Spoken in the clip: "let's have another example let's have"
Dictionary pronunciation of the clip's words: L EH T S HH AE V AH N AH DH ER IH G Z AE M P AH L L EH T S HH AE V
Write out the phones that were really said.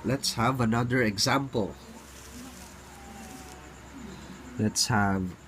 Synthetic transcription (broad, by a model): L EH T S HH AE V AH N AH DH ER IH G Z AE M P AH L L EH T S HH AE V